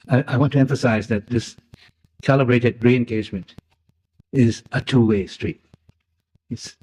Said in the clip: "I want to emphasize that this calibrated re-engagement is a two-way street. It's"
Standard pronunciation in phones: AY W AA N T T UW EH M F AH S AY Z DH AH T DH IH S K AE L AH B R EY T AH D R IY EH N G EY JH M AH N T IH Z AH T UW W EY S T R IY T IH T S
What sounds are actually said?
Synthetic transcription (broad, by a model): AY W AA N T T UW EH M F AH S AY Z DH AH T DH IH S K AE L AH B R EY T AH D R IY EH N G EY JH M AH N T IH Z AH T UW W EY S T R IY T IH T S